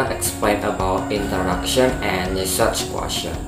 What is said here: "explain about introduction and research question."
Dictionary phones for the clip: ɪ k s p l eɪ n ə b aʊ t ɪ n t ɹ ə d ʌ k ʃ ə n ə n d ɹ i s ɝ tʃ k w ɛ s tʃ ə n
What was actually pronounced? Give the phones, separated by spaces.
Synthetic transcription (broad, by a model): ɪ k s p l eɪ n ə b aʊ t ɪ n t ə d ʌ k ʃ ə n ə n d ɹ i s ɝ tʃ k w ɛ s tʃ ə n